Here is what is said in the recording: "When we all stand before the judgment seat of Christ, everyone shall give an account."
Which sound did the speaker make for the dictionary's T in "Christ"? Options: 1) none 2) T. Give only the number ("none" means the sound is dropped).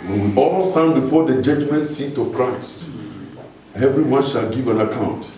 1